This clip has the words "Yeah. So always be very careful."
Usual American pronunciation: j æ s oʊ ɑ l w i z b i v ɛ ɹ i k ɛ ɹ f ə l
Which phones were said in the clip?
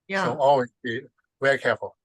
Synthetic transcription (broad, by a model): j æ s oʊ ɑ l w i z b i v ɛ ɹ i k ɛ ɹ f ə l